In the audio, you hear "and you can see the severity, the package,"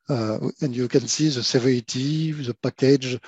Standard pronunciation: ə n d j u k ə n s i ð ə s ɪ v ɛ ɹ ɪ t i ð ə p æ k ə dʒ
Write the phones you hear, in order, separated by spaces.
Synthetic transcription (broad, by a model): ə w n j u k ə n s i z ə s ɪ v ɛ ɪ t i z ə p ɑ k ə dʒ